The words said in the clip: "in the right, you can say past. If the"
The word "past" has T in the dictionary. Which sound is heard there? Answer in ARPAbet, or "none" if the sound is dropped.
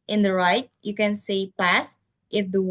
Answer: T